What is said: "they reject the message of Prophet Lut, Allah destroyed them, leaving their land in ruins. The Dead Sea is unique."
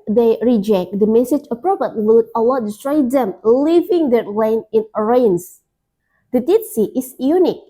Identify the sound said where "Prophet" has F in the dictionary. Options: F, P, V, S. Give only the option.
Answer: P